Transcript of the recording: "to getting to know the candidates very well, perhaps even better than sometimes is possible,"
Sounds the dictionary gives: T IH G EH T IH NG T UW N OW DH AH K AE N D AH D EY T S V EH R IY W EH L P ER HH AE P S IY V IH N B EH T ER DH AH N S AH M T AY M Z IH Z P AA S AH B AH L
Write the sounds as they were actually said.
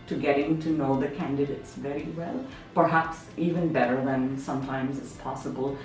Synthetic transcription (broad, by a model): T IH G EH T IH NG T UW N OW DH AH K AE N D AH D EY T S V EH R IY W EH L P ER HH AE P S IY V IH N B EH T ER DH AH N S AH M T AY M Z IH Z P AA S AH B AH L